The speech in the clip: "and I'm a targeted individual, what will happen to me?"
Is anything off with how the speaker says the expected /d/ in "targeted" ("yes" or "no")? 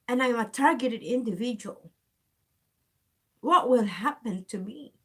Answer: no